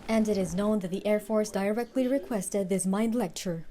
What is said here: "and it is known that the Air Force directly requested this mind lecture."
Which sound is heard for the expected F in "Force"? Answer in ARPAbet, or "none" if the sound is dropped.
F